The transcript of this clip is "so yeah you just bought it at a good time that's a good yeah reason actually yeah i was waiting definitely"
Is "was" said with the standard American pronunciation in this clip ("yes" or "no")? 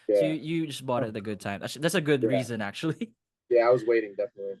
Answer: yes